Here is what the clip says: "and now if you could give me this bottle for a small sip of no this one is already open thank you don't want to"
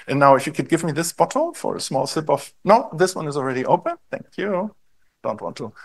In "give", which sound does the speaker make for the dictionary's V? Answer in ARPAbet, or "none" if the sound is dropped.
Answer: V